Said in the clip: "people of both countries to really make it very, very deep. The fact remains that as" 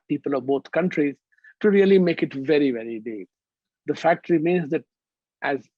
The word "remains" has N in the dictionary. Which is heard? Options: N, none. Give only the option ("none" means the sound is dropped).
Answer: N